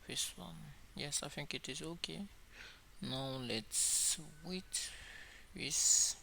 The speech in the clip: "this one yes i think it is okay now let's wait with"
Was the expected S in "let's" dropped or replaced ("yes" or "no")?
no